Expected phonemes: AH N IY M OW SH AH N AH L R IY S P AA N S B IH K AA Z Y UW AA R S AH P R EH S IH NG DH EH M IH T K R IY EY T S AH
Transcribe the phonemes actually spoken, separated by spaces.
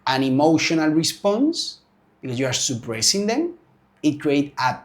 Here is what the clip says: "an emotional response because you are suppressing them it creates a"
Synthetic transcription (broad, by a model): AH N IY M OW SH AH N AH L R IY S P AA N S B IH K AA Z Y UW AA R S AH P R EH S IH NG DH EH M IH T K R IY EY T AH